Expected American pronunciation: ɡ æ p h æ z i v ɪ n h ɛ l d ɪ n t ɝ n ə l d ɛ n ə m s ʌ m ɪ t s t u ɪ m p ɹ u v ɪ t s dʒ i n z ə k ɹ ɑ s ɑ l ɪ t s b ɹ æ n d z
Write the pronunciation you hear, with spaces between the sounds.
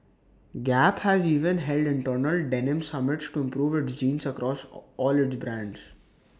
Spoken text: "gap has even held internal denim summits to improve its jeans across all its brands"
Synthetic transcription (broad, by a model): ɡ æ p h æ z i v ɪ n h ɛ l d ɪ n t ɝ n ə l d ɛ n ə m s ʌ m ɪ t s t u ɪ m p ɹ u v ɪ t s dʒ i n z ə k ɹ ɑ s ɑ l ɪ t s b ɹ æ n d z